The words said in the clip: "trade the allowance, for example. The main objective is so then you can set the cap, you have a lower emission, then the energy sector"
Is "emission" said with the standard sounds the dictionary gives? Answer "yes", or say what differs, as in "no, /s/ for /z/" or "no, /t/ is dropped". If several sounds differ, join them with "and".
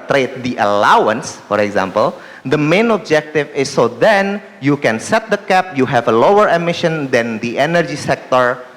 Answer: yes